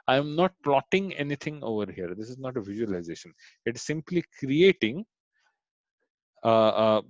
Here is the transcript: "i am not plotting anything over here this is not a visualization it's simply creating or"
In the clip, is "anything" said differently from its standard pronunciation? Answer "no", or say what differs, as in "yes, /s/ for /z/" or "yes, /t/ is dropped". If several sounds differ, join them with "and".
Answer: yes, /t/ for /θ/